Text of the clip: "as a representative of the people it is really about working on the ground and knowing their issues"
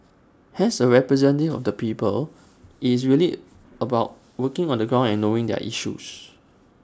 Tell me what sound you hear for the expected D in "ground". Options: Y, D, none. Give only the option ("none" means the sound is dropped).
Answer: none